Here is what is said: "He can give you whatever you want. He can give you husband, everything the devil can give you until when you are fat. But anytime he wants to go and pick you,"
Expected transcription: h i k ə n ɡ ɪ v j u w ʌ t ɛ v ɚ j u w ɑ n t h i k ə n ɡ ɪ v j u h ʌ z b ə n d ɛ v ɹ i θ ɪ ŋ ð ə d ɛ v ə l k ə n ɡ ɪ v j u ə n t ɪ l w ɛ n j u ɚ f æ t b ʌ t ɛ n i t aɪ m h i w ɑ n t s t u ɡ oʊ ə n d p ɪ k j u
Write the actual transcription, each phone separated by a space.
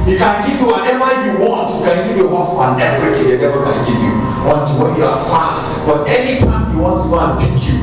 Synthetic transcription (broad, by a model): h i k ə n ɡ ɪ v j u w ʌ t ɛ v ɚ j u w ɑ n t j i k ə n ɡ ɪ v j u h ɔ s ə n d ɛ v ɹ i t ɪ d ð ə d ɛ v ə k ə n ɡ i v j u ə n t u w ɛ n j u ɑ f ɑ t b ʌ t ɛ n i t aɪ m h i w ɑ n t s t u ɡ oʊ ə n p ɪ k j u